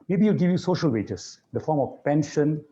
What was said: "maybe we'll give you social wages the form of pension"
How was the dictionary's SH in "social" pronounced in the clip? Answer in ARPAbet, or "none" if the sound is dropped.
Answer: SH